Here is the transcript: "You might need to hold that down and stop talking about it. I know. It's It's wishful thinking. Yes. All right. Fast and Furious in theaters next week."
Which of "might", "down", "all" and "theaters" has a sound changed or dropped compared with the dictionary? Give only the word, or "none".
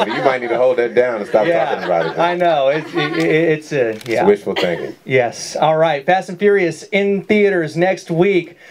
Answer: down